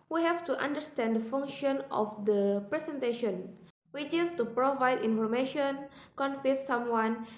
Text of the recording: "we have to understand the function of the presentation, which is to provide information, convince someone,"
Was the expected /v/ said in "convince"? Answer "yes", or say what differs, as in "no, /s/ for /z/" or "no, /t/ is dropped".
no, /f/ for /v/